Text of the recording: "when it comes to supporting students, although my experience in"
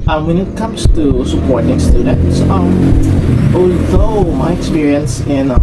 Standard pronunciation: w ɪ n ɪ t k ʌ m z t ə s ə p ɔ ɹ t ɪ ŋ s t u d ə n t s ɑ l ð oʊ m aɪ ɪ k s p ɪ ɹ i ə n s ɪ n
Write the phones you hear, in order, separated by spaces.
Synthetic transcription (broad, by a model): w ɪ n ɪ t k ʌ m z t ə s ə p ɔ ɹ t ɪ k s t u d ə t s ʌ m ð oʊ m aɪ ɪ k s p ɪ ɹ i ə n s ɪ n